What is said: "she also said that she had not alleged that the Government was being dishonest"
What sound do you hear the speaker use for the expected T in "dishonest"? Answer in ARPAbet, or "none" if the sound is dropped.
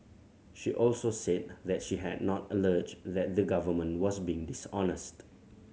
T